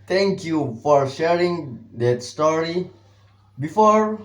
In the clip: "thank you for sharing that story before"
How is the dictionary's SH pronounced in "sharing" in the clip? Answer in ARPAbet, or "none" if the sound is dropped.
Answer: SH